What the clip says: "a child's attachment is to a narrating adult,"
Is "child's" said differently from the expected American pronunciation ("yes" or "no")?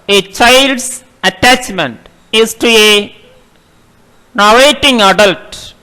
yes